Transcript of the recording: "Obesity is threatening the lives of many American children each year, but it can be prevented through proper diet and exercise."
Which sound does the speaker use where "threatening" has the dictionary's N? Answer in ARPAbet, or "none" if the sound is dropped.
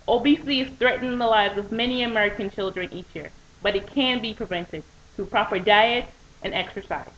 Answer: N